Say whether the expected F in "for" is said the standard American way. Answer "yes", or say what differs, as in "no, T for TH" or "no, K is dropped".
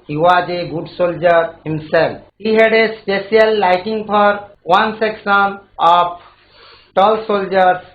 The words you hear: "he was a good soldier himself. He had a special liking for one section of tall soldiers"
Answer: no, P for F